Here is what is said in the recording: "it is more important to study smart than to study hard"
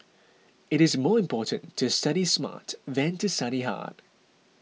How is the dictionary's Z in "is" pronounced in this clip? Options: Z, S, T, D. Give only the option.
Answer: Z